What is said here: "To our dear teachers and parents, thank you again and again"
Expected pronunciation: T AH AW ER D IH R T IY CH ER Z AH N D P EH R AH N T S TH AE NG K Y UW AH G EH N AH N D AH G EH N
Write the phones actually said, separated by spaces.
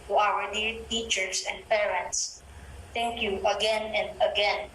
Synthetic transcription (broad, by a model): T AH AW ER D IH R T IY CH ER S AH N D P EH R AH N T S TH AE NG K Y UW AH G EH N AH N D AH G EH N